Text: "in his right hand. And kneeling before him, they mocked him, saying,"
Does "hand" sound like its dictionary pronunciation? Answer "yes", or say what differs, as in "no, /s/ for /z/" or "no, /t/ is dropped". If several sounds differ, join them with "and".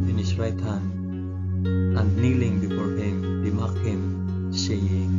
no, /d/ is dropped